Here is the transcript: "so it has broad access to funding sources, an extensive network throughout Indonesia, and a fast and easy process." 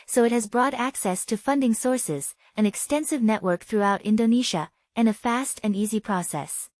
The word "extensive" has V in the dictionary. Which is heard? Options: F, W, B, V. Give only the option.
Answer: V